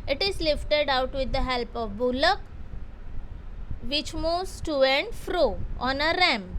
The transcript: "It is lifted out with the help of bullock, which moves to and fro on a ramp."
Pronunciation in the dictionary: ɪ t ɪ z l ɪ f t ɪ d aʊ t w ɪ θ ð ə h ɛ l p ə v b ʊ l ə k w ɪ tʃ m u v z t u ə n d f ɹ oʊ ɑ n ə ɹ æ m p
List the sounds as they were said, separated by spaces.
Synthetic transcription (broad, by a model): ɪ t ɪ z l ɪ f t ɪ d aʊ t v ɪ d ə h ɛ l p ə v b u l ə k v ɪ tʃ m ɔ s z t u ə n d f ɹ oʊ ɑ n ə ɹ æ m